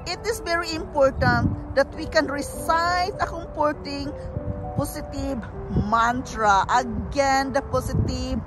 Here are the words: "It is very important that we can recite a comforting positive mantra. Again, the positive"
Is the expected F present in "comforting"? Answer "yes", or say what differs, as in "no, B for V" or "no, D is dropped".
no, P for F